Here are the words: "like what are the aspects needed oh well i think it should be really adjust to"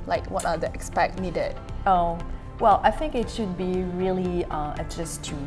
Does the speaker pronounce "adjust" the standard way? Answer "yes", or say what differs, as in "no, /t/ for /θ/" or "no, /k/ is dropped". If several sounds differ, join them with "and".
no, /s/ is dropped